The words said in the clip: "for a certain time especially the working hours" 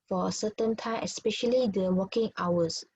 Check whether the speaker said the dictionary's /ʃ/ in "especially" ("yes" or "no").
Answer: yes